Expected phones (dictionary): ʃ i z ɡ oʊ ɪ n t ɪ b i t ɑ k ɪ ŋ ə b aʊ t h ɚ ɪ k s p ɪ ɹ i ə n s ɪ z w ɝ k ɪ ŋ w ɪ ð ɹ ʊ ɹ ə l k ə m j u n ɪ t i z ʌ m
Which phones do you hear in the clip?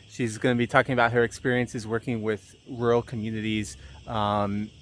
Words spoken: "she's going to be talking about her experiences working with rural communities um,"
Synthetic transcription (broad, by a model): ʃ i z ɡ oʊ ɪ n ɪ b i t ɑ k ɪ ŋ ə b aʊ t h ɚ ɪ k s p ɪ ɹ i ə n s ɪ z w ɝ k ɪ ŋ w ɪ ð ɹ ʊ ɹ l k ə m j u n ɪ t i z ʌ m